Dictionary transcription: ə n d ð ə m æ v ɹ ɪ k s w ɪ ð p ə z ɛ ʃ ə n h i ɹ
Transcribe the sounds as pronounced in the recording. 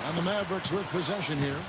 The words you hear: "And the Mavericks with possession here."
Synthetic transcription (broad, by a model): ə n ð ə m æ b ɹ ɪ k s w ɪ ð p ə z ɛ ʃ ə n h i ɹ